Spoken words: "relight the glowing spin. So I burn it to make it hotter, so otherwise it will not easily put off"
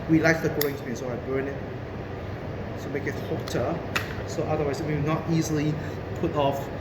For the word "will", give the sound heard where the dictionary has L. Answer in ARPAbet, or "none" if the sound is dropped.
W